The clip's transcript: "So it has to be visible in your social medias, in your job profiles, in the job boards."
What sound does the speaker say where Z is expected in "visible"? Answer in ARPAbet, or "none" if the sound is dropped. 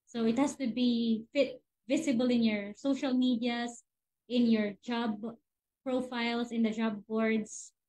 S